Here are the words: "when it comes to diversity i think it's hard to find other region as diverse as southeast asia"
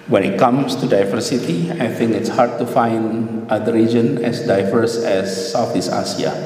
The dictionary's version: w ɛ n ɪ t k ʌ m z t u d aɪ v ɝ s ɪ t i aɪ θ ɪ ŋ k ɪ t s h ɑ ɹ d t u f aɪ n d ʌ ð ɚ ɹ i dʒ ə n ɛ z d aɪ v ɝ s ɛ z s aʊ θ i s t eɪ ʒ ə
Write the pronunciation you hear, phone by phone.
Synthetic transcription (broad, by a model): w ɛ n ɪ t k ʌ m s t u d aɪ v ɝ s ɪ t i aɪ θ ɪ ŋ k ɪ t s h ɑ ɹ d t u f aɪ n d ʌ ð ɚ ɹ i dʒ ə n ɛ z d aɪ v ɝ s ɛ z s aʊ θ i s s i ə